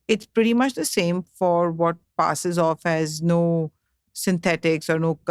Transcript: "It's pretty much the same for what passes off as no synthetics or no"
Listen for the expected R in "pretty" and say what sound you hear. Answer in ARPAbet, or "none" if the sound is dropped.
R